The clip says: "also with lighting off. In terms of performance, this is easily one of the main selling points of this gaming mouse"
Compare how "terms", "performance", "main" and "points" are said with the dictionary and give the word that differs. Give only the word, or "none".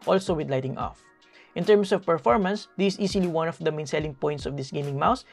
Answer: terms